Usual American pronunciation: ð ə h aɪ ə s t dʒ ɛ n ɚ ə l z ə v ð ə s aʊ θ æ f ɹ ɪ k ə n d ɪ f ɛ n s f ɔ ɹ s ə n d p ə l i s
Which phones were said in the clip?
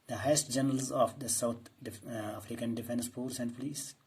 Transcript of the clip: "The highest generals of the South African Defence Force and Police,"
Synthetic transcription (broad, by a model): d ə h aɪ ə s t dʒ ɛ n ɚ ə l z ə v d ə s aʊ t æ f ɹ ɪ k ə n d ɪ f ɛ n s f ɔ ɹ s ə n d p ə l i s